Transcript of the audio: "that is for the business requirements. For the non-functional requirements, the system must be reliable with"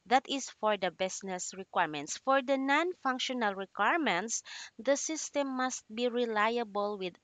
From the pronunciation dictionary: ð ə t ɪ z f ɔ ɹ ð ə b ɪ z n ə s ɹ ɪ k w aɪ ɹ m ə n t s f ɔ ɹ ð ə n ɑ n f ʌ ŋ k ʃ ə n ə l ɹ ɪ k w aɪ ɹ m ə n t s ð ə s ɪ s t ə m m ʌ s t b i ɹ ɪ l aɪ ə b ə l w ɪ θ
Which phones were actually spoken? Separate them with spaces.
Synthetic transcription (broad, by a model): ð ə t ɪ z f ɔ ɹ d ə b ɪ s n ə s ɹ ɪ k w aɪ ɹ m ə n t s f ɔ ɹ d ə n ɑ n f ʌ ŋ k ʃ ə n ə l ɹ ɪ k w aɪ ɹ m ə n t s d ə s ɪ s t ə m m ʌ s t b i ɹ ɪ l aɪ ə b ə l w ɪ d